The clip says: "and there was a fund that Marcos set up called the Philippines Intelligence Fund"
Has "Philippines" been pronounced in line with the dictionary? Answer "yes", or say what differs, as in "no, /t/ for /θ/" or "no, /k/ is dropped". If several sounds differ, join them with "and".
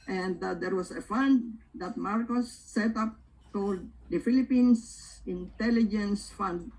no, /s/ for /z/